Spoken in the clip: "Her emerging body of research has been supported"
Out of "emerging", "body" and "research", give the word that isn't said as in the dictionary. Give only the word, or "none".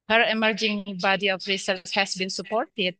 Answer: research